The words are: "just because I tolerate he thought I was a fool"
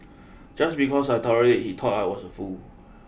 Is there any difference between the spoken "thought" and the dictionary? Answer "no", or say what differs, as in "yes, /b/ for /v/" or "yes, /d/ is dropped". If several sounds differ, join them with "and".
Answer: yes, /t/ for /θ/